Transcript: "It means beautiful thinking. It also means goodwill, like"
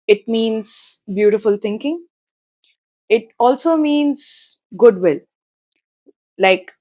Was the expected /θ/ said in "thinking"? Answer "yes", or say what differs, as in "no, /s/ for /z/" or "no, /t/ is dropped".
no, /t/ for /θ/